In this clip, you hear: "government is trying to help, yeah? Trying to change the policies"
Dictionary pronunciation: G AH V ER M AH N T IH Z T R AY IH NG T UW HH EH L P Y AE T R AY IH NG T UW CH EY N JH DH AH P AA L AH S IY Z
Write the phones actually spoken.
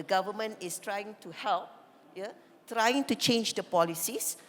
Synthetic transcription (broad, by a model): G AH V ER M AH N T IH S T R AY IH NG T UW HH EH L P Y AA T R AY IH NG T UW CH EY N JH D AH P AA L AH S IY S